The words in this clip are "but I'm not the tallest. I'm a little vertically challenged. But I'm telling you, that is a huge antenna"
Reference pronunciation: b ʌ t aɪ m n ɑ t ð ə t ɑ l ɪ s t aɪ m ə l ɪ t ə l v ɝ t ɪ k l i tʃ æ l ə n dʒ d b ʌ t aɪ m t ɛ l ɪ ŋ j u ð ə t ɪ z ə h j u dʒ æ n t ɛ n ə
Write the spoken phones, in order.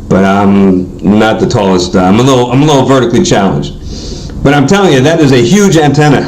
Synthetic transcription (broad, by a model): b ʌ t aɪ m n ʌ t ð ə t ɑ l ɪ s t aɪ m ə l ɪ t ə l v ɝ t ɪ k l i tʃ æ l ə n dʒ d b ʌ t aɪ m t ɛ l ɪ ŋ j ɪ ð ə t ɪ z ə h j u dʒ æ n t ɛ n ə